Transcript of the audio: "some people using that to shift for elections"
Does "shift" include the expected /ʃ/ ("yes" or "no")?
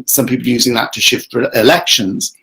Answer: yes